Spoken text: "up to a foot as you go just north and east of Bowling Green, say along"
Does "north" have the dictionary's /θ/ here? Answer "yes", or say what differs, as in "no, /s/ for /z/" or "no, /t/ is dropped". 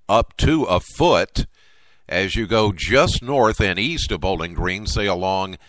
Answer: yes